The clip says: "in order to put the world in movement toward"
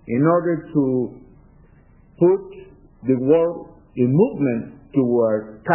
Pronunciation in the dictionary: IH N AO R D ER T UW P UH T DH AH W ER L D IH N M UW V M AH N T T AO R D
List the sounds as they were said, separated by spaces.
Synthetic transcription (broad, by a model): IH N AO R D ER T UW P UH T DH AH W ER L IH N M UW V M AH N T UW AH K